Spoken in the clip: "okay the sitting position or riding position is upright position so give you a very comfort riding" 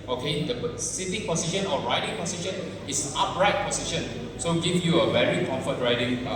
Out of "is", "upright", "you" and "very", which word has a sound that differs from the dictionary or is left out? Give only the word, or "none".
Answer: is